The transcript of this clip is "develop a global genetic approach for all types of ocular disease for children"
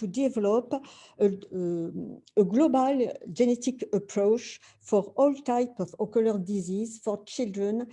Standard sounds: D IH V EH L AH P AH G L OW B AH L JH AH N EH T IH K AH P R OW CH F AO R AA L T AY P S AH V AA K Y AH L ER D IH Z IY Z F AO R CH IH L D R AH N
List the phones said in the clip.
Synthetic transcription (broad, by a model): D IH V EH L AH P AH G L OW B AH L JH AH N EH T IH K AH P R OW CH F AO R AA L T AY P AH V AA K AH L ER D IH Z IY Z F AO R CH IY L D R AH N